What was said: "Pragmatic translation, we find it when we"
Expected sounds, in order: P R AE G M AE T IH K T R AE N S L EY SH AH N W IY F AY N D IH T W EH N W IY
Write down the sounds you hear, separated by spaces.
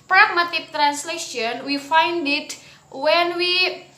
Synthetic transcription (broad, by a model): P R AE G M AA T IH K T R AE N S L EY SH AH N W IY F AY N D IH T W EH N W IY